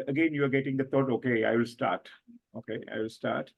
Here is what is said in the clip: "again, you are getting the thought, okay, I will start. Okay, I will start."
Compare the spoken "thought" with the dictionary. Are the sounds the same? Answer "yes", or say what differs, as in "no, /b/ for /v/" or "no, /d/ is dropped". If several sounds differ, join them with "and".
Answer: no, /t/ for /θ/